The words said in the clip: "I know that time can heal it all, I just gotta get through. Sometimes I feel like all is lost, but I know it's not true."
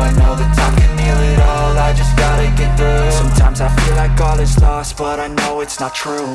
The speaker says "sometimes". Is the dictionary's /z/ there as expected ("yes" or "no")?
yes